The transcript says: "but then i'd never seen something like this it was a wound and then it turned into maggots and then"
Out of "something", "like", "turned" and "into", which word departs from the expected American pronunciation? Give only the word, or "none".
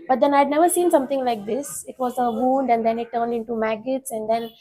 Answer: something